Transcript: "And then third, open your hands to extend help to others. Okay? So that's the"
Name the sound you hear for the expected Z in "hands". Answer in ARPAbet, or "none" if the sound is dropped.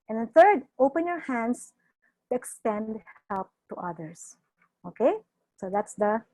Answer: S